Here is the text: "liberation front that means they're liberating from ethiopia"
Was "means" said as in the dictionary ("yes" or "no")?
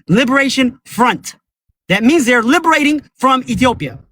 yes